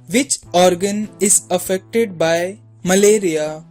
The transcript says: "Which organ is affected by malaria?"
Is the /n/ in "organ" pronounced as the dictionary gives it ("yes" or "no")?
yes